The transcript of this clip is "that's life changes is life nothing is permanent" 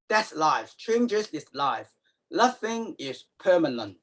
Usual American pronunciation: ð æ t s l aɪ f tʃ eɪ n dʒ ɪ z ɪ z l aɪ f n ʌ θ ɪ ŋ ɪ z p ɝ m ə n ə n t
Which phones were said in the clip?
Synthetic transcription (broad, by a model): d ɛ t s l aɪ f tʃ eɪ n dʒ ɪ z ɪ s l aɪ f l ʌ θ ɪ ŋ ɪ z p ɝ m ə n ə n t